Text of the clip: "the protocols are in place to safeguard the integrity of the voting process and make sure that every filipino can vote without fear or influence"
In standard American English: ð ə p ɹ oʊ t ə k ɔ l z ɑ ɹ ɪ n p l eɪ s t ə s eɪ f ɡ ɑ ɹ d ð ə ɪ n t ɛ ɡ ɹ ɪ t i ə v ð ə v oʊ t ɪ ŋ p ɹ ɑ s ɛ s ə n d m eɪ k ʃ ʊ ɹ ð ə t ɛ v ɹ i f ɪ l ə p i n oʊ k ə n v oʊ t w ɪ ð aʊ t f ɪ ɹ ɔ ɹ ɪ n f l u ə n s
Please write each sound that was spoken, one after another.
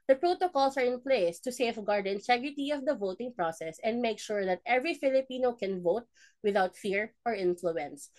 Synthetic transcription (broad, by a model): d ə p ɹ oʊ t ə k ɔ l s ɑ ɹ ɪ n p l eɪ s t ə s eɪ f ɡ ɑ ɹ d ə ɪ n t ɛ ɡ ɹ ɪ t i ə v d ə v oʊ t ɪ ŋ p ɹ ɑ s ɛ s ə n d m eɪ k ʃ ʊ ɹ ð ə t ɛ v ɹ i f ɪ l ə p i n oʊ k ə n v oʊ t w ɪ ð aʊ t f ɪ ɹ ɔ ɹ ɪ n f l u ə n s